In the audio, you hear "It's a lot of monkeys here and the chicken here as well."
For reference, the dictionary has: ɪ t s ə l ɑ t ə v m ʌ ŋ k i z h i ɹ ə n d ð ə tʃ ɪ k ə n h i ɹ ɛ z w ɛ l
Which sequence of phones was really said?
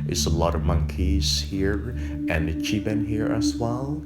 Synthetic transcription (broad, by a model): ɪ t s ə l ɑ t ə v m ʌ ŋ k i z h i ɹ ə n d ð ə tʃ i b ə n h i ɹ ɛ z w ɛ l